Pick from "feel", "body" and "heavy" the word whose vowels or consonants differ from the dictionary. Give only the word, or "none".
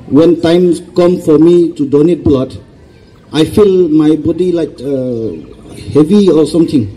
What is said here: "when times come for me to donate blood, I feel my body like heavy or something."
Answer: none